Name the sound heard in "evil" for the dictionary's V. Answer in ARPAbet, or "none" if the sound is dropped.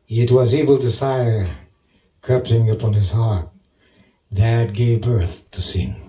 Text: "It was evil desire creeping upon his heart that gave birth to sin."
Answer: B